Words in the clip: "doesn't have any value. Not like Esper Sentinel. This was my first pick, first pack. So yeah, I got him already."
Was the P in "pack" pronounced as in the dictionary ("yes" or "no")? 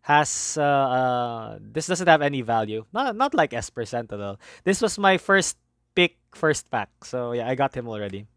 no